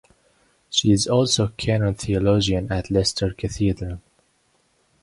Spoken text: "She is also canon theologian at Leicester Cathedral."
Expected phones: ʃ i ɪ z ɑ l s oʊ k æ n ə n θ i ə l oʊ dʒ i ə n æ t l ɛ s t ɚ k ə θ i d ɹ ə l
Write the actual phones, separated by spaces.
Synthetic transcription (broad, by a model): ʃ i ɪ z ɑ l s oʊ k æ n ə n θ i ə l oʊ dʒ i ə n æ t l ɛ s t ɚ k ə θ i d ɹ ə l